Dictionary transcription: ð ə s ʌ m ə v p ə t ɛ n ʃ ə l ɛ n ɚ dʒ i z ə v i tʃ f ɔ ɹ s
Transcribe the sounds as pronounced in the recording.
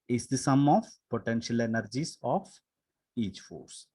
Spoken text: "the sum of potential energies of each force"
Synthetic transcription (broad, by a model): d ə s ʌ m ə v p ə t ɛ n ʃ ə l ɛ n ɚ dʒ i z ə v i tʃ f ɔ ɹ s